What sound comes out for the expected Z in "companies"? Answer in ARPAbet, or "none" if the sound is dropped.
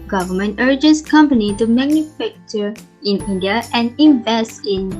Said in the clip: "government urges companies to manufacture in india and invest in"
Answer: none